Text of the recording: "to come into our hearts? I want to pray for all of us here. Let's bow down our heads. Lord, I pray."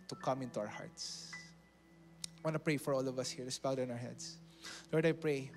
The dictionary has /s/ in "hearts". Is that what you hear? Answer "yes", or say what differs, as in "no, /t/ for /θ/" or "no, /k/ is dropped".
yes